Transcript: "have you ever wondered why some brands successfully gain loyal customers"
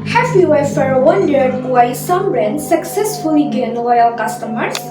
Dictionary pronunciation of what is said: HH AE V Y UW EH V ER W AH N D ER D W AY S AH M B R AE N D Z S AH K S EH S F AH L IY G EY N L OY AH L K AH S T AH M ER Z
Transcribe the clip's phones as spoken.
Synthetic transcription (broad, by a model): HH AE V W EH F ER W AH N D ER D W AY S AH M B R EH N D S AH K S EH S F AH L IY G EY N L OY AH L K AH S T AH M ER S